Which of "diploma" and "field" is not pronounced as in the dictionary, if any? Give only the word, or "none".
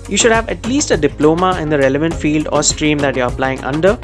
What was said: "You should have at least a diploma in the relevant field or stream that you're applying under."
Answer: none